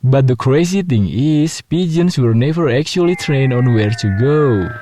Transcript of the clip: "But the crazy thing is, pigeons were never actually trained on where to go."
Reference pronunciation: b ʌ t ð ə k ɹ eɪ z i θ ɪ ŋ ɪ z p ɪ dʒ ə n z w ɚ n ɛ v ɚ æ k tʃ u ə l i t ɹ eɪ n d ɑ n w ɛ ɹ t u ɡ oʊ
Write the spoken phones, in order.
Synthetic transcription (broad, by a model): b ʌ t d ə k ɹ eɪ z i t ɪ ŋ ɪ s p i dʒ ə n s w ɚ n ɛ v ɚ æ k tʃ u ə l i t ɹ eɪ n ɑ n w ɛ ɹ t u ɡ oʊ